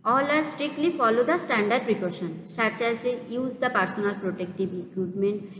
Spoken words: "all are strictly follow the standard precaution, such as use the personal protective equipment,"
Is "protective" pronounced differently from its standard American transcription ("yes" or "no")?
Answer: yes